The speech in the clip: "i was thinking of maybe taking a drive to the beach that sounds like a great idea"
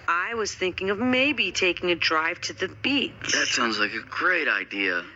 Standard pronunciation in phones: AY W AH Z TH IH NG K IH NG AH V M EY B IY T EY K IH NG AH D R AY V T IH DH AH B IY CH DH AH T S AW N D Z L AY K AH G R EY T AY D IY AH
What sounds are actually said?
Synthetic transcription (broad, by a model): AY W AH Z TH IH NG K IH NG AH V M EY B IY T EY K IH NG AH D R AY V T IH DH AH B IY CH DH AH T S AW N D Z L AY K AH G R EY T AY D IY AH